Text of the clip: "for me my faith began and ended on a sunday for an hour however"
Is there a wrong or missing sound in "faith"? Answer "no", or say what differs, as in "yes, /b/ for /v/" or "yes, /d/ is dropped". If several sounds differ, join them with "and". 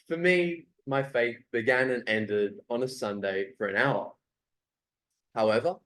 yes, /t/ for /θ/